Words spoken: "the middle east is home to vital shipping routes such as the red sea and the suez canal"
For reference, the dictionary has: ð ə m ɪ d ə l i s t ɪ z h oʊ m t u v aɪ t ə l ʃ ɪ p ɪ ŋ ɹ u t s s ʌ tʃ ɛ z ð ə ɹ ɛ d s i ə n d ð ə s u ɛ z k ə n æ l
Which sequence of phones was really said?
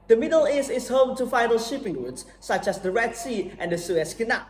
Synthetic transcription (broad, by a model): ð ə m ɪ d ə l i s ɪ s h oʊ m t u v aɪ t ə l ʃ ɪ p ɪ ŋ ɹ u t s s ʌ tʃ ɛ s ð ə ɹ ɛ d s i ə n d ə s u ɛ s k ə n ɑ